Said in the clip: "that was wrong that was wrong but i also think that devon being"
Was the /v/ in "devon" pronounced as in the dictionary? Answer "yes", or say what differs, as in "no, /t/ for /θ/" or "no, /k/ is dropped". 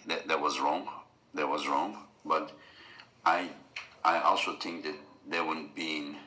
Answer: no, /w/ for /v/